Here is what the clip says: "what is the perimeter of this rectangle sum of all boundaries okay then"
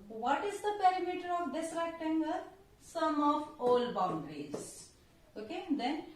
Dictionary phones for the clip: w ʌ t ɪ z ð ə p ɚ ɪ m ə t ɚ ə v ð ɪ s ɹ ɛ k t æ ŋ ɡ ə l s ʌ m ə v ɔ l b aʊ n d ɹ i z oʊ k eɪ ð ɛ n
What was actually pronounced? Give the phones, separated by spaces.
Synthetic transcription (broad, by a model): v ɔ t ɪ z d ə p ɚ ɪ m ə t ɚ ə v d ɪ s ɹ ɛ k t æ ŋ ɡ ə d s ʌ m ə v ɔ l b aʊ n d ɹ i z oʊ k eɪ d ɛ n